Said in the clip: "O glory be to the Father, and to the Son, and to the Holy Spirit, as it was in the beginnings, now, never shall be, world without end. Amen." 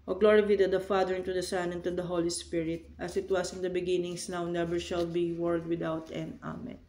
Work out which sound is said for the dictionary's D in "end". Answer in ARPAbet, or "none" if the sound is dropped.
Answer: none